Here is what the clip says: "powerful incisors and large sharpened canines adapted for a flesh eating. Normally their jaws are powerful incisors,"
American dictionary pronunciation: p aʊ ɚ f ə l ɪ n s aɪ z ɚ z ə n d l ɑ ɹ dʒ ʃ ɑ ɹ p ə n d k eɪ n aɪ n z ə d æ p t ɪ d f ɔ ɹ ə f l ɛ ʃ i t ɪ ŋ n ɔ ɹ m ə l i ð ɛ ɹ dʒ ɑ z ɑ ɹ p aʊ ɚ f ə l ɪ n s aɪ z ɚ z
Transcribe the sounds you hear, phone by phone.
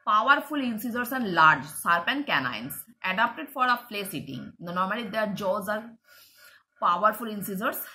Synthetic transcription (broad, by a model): p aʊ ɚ f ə l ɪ n s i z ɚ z ə n d l ɑ ɹ dʒ s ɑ ɹ p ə n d k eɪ n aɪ n s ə d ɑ p t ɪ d f ɔ ɹ ə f l ɛ s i t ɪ ŋ n ɔ ɹ m ə l i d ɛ ɹ dʒ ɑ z ɑ ɹ p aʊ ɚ f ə l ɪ n s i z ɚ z